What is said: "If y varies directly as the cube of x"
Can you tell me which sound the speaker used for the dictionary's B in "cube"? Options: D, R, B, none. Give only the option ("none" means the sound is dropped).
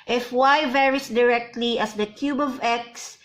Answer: B